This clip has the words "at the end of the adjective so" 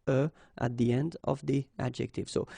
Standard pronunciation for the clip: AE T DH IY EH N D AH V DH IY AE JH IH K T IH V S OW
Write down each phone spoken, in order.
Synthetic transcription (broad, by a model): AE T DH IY EH N D AH V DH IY AE JH IH K T IH V S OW